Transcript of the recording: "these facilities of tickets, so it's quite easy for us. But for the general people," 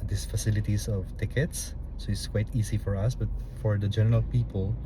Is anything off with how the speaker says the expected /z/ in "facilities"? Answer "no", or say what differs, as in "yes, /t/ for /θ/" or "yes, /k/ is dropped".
yes, /s/ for /z/